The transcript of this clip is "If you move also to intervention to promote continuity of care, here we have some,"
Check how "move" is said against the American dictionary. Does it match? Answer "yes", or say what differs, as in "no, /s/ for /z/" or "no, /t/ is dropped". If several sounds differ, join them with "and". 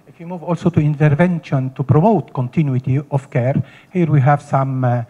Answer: yes